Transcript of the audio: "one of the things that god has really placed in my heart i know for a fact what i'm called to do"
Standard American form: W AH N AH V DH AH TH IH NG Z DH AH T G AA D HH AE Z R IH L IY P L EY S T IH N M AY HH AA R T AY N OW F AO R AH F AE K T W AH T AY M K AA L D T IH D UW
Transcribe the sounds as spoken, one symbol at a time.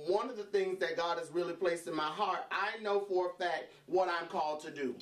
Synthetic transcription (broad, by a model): W AH N AH V DH AH TH IH NG Z DH AH T G AA D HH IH Z R IH L IY P L EY S T IH N M AY HH AA R T AY N OW F AO R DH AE T W AH T AY M K AA L D T IH D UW